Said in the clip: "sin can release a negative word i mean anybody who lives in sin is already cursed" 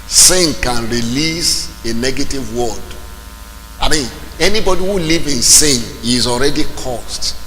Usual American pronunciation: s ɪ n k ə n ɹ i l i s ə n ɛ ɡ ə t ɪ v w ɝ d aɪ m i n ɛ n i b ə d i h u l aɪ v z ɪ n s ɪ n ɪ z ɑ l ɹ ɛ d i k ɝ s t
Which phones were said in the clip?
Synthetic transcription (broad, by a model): s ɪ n k ə n ɹ i l i s ə n ɛ ɡ ə t ɪ v w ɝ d aɪ m i n ɛ n i b ə d i h u l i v ɪ n s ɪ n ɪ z ɑ l ɹ ɛ d i k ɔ s t